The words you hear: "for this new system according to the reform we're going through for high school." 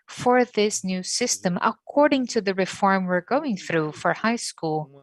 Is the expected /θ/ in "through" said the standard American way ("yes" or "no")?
yes